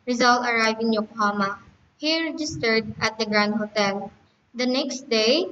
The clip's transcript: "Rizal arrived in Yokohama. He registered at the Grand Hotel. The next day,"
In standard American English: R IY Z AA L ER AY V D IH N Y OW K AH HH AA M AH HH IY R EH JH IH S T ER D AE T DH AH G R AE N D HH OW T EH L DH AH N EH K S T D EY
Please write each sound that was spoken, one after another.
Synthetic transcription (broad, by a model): R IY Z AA L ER AY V IH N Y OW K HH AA M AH HH IY R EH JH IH S T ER D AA T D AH G R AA N D HH OW T EH L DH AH N EH K S T D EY